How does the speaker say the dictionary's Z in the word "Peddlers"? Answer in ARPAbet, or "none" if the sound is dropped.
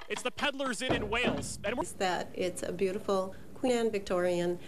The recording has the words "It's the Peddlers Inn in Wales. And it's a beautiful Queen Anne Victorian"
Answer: Z